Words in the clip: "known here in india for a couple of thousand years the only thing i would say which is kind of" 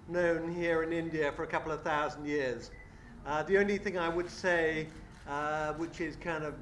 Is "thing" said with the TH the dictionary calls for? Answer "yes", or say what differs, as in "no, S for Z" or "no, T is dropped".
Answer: yes